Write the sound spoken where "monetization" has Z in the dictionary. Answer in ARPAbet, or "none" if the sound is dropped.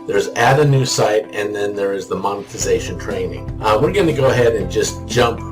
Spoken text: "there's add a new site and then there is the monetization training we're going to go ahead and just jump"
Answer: Z